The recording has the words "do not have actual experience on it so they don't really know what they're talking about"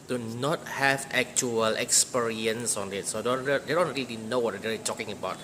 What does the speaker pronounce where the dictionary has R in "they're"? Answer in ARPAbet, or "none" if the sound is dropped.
L